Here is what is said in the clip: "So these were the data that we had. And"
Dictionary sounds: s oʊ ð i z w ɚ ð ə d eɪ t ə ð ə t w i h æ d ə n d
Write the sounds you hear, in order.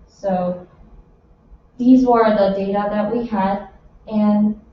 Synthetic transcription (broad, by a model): s oʊ ð i z w ɚ ð ə d eɪ t ə ð ə t w i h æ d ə n